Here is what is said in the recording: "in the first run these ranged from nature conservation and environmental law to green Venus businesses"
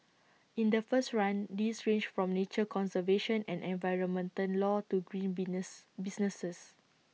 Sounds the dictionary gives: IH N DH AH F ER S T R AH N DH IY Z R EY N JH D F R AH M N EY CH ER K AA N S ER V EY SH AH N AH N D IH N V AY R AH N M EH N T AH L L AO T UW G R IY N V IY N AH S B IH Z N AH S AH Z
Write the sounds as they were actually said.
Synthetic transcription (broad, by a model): IH N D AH F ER S T R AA N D IY S R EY N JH F R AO M N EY CH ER K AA N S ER V EY SH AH N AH N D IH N V AY R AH N M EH N T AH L L AO T UW G R IY N B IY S N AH S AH S